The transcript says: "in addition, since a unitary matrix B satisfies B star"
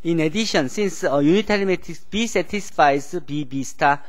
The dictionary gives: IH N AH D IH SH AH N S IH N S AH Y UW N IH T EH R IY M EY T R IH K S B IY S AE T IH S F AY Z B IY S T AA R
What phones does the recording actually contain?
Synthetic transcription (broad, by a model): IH N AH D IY SH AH N S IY N S AH Y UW N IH T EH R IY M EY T IH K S B IY S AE T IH S F AY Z B IY S T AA